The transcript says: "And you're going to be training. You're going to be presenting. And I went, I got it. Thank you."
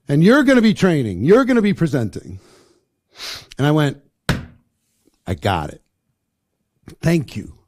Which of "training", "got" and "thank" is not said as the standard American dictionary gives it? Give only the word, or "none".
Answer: none